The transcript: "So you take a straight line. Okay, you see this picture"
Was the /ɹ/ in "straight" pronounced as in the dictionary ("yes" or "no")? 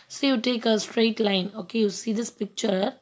yes